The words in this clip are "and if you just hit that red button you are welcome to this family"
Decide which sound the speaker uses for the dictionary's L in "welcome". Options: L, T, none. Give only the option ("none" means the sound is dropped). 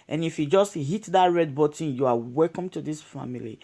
L